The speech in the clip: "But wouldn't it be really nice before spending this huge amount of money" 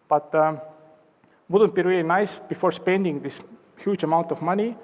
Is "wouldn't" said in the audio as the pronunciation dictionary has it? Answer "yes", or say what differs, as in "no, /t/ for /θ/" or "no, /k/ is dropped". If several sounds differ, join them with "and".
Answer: yes